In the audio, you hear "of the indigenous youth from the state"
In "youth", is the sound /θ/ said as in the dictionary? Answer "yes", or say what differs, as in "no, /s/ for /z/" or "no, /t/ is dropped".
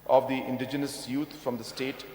no, /t/ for /θ/